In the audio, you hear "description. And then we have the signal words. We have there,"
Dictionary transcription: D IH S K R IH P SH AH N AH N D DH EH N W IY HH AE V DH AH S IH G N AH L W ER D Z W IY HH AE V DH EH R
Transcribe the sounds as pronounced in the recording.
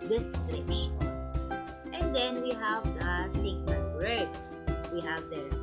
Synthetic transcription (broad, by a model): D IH S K R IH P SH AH N AH N D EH N W IY HH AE V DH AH S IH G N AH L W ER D S W IY HH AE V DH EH